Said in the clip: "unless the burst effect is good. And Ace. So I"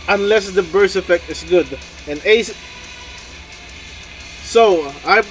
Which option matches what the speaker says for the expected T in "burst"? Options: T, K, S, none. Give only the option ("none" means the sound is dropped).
none